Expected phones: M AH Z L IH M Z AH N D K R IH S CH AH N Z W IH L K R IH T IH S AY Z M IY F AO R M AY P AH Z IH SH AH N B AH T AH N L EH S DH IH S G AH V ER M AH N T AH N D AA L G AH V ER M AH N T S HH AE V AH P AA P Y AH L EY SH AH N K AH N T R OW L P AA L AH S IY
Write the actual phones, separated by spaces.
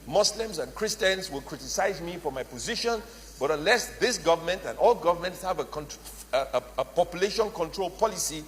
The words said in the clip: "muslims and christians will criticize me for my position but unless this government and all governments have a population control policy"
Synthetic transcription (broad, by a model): M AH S L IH M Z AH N K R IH S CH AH N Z W IH L K R IH T IH S AY Z M IY F AO R M AY P AH Z IH SH AH N B AH T AH N L EH S DH IH S G AH V ER M AH N T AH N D AA L G AH V ER M AH N T S HH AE V AH P AA P Y AH L EY SH AH N K AH N T R OW L P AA L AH S IY